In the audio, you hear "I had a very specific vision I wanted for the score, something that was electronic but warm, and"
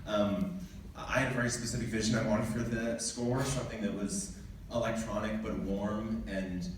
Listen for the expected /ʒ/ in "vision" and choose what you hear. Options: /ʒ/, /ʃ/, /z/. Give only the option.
/ʒ/